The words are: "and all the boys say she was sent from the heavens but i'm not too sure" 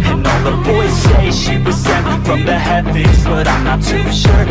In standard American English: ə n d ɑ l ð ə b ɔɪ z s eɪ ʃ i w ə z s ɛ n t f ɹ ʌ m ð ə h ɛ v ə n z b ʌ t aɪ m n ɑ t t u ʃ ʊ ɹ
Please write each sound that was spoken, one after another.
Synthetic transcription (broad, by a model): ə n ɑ n ð ə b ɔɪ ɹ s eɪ ʃ i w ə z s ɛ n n f ɹ ʌ m ð ə h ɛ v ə z b ʌ t aɪ m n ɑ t t u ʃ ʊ ɹ